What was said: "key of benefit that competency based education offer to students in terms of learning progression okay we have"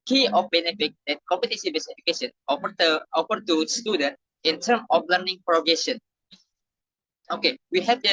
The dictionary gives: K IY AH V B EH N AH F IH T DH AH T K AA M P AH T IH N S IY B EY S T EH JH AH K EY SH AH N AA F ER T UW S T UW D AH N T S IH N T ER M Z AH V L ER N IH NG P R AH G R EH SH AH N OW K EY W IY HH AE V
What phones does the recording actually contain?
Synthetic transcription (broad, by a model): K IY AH F B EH N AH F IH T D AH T K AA M P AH T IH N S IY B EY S EH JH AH K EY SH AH N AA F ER T UW S T UW D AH N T IH N T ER M AH F L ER N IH NG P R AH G EH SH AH N OW K EY W IY HH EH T